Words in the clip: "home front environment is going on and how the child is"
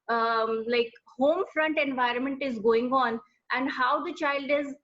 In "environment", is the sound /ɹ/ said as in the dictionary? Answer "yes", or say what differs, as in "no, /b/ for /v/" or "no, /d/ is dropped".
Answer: yes